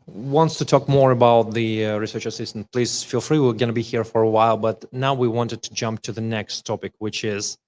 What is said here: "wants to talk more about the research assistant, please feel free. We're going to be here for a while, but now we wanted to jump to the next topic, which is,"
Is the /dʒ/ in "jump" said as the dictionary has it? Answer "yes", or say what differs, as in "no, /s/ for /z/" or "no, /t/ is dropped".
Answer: yes